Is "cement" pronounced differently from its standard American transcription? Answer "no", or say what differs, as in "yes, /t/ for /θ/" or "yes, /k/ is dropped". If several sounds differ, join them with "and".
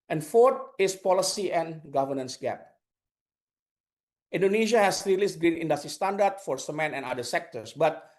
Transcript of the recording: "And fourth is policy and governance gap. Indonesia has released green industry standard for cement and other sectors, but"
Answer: yes, /t/ is dropped